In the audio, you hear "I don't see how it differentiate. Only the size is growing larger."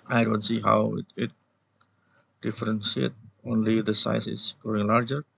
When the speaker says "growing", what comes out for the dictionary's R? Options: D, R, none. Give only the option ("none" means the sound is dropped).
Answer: none